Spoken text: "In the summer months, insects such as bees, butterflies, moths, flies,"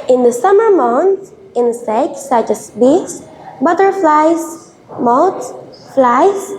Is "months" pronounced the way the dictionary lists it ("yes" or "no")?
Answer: no